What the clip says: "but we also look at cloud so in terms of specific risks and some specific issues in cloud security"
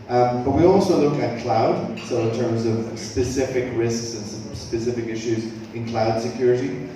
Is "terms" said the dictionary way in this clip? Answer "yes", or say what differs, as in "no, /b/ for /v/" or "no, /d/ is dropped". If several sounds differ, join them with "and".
yes